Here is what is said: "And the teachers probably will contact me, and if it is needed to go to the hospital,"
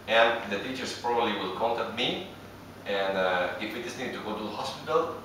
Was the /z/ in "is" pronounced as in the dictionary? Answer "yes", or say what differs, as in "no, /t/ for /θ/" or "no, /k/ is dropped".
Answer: no, /s/ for /z/